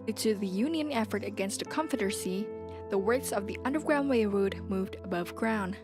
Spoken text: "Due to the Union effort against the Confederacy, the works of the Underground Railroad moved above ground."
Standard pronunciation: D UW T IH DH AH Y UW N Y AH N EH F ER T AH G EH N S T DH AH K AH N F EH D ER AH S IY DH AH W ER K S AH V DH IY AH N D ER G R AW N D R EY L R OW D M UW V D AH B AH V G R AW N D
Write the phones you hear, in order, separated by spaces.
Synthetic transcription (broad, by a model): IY T IH DH AH Y UW N Y AH N EH F ER T AH G EH N S T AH K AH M F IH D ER S IY DH AH W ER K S AH V DH IY AH N D ER G R AW N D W EY R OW D M UW V D AH B AH V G R AW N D